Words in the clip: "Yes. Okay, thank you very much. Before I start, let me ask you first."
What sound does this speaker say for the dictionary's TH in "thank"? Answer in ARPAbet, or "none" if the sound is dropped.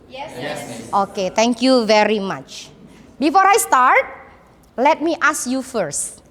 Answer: T